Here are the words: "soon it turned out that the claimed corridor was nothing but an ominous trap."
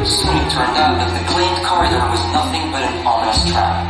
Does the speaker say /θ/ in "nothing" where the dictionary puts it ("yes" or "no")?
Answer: yes